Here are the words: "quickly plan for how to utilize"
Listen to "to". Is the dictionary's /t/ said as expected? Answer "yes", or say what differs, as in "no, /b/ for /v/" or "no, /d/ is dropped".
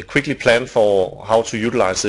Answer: no, /s/ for /t/